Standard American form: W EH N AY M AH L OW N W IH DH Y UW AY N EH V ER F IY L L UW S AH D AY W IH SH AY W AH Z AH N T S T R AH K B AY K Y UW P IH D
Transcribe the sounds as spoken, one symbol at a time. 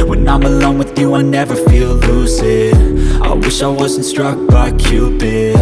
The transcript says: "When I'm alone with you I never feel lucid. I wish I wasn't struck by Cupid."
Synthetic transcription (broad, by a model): W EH N AY M AH L OW N W IH DH Y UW AY N EH V ER F IY L L UW S AH D AY W IH SH AY W AH Z N T S T R AH K B AY K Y UW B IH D